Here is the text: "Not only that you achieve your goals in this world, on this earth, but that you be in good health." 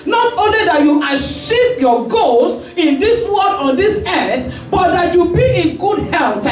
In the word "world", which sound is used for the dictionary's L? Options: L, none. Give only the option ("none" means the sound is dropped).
none